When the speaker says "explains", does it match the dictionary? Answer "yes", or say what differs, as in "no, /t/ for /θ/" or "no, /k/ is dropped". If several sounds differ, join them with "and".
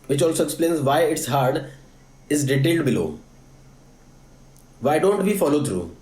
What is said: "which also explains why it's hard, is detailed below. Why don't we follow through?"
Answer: yes